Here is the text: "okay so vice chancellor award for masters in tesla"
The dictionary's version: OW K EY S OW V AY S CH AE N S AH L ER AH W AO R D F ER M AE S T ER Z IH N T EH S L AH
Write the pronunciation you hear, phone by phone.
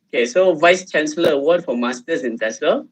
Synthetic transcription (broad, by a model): OW K EY S OW V AY S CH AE N S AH L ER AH W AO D F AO M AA S T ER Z IH N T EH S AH